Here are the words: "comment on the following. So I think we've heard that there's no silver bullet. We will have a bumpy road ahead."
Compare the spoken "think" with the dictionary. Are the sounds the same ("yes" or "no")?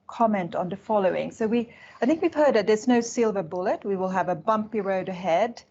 yes